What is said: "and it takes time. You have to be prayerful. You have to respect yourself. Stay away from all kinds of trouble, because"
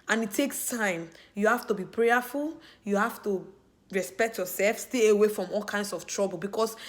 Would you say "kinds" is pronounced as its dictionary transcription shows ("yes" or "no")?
no